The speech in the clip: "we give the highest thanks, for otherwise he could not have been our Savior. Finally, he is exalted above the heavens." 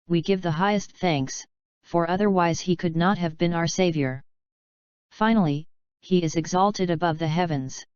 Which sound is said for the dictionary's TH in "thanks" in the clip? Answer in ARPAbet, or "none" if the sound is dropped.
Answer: TH